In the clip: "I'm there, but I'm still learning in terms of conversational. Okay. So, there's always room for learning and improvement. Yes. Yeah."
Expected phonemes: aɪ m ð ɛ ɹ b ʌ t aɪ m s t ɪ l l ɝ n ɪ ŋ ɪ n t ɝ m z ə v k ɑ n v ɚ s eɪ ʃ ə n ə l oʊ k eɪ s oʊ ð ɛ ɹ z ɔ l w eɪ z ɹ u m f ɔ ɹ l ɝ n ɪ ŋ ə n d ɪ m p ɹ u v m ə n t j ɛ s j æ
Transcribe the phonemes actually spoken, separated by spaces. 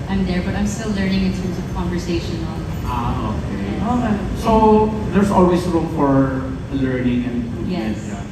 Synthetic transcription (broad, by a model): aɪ m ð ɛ ɹ b ʌ t aɪ m s t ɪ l l ɝ n ɪ ŋ ɪ n t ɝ m s ə v k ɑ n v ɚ s eɪ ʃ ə n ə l oʊ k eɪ s oʊ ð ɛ ɹ s ɔ l w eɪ s ɹ u m f ɔ ɹ l ɝ n ɪ ŋ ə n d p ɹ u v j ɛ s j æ